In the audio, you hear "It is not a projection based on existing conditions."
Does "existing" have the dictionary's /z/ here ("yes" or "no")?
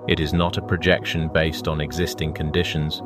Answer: yes